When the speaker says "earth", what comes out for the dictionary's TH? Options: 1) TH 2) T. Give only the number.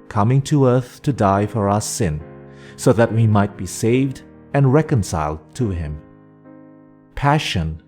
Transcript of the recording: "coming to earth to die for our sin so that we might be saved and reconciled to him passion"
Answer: 1